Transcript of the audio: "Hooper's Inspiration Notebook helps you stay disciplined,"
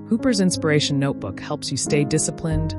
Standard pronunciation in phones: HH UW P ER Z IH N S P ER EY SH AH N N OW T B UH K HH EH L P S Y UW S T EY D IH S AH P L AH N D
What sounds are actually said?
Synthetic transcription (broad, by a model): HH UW P ER Z IH N S P ER EY AH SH N OW T B UH K HH EH L P S Y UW S T EY D IH S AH P L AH N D